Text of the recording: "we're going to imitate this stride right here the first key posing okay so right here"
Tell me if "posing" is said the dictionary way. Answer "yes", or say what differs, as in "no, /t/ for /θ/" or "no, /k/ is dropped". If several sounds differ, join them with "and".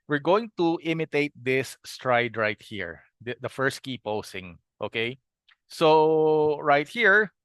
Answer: no, /s/ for /z/